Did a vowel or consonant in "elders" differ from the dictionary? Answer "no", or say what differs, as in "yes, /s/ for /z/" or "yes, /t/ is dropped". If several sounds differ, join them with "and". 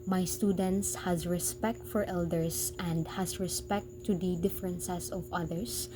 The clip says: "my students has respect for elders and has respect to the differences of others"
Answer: yes, /s/ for /z/